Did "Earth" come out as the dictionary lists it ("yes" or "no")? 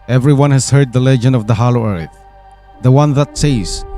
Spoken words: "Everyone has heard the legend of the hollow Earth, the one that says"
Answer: yes